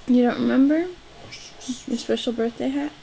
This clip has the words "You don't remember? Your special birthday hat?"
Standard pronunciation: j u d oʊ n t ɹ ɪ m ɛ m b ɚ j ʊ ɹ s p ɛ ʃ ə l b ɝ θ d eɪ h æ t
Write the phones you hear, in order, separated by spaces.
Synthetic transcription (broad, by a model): j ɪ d oʊ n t ɹ ɪ m ɛ m b ɚ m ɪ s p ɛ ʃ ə l b ɝ θ d eɪ h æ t